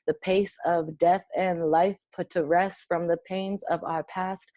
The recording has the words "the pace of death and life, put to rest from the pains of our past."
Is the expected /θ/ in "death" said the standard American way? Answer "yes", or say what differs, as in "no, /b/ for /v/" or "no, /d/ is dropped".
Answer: yes